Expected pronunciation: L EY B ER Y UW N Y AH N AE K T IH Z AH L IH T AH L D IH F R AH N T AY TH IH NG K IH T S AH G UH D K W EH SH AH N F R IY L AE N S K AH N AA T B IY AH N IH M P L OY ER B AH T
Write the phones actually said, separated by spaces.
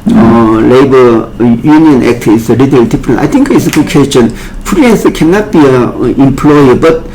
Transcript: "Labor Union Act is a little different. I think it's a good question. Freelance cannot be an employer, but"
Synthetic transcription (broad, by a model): L EY B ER Y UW N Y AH N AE K T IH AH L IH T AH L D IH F R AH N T AY T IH NG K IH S AH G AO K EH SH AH N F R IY EH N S K AH N AA T B IY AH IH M P L OY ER B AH T